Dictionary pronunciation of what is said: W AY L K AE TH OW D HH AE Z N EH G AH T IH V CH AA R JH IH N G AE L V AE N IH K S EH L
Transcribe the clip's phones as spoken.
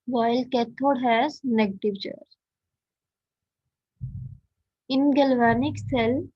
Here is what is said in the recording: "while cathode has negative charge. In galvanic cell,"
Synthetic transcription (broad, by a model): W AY L K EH T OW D HH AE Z N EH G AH T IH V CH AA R IH N G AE L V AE N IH K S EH L